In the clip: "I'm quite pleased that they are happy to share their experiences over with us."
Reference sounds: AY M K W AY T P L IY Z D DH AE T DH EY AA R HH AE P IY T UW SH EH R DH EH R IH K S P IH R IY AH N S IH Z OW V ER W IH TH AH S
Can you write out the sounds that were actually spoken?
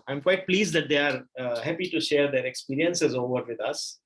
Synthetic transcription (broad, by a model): AY M K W AY T P L IY Z D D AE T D EY AA R HH AE P IY T UW SH EH R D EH R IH K S P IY R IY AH N S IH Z OW V ER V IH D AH S